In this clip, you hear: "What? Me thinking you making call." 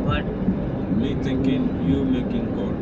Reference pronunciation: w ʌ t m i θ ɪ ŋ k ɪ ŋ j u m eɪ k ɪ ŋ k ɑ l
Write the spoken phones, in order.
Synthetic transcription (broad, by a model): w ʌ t m i t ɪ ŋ k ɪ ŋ j u m eɪ k ɪ ŋ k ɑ